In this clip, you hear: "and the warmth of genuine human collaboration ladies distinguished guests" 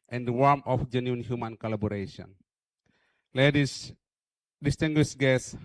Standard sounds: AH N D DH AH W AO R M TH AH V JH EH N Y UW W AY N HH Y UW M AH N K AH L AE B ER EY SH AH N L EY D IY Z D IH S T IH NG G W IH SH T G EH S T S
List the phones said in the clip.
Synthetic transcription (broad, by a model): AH N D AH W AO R M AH F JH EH N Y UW N HH Y UW M AH N K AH L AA B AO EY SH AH N L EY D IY D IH S T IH NG G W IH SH G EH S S